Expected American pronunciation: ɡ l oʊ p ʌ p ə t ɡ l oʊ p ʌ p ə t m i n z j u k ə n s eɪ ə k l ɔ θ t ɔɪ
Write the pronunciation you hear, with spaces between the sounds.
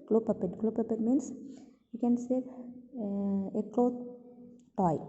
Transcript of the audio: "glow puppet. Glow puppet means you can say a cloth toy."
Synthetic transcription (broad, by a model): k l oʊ p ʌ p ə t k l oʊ p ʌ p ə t m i n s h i k ə n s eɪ ə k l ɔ t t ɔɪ